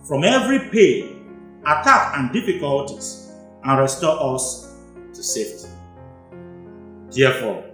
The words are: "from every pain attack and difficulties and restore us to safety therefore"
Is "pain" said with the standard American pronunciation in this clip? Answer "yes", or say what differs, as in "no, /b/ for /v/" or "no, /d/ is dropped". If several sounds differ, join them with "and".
no, /n/ is dropped